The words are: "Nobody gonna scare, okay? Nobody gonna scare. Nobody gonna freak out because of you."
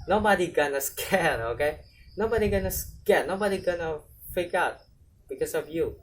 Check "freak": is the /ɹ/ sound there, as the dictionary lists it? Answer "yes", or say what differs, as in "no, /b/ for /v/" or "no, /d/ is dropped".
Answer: no, /ɹ/ is dropped